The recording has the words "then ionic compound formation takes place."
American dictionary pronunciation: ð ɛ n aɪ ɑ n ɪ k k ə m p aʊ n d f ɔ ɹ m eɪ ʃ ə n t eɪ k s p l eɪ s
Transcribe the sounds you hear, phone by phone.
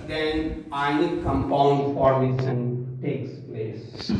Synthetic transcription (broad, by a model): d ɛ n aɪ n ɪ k k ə m p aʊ n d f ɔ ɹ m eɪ s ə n t eɪ k s p l eɪ s